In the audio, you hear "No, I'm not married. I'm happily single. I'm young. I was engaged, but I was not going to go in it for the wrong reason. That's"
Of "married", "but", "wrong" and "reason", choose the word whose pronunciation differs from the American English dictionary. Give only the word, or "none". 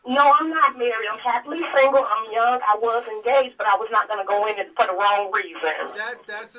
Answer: married